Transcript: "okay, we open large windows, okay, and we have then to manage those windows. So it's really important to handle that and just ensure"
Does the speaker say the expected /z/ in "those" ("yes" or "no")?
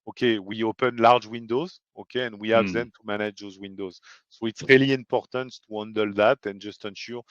yes